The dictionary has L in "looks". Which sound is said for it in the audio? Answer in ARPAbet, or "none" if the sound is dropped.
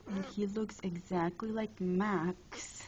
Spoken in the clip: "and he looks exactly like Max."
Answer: L